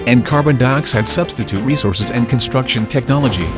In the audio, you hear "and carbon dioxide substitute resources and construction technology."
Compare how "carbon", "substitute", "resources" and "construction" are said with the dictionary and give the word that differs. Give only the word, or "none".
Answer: none